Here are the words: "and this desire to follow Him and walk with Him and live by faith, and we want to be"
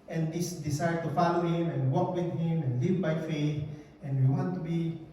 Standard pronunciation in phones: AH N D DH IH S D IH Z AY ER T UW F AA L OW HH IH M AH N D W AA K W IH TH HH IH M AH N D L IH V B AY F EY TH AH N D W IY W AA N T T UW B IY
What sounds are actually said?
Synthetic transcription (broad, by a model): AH N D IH S D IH S AY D T UW F AA L OW HH IH M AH N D W AA K W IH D HH IH M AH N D L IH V B AY F EY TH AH N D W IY W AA N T T UW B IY